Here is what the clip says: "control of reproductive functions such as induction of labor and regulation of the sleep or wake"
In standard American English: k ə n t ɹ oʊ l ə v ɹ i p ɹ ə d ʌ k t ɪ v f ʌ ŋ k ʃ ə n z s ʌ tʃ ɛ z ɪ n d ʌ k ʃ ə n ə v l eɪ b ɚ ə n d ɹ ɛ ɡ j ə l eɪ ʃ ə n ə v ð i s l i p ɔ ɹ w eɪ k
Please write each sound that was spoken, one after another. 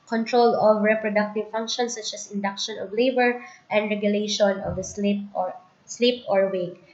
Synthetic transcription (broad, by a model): k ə n t ɹ oʊ l ə v ɹ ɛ p ɹ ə d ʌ k t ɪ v f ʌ ŋ k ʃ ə n s ʌ tʃ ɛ s ɪ n d ʌ k ʃ ə n ə v l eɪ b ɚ ə n d ɹ ɛ ɡ j ə l eɪ ʃ ə n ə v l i s l i p ɔ ɹ w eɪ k